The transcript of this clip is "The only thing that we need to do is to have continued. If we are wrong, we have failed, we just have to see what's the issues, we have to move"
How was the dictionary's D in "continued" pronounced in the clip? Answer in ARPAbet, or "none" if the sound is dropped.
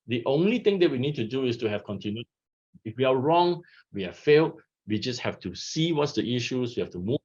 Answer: none